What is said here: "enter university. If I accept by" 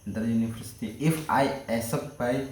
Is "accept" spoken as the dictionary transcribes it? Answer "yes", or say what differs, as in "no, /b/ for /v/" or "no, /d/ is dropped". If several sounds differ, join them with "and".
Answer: no, /k/ is dropped